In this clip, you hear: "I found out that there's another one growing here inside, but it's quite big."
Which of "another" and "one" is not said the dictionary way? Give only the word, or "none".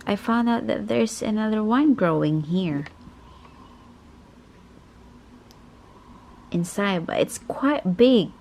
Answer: none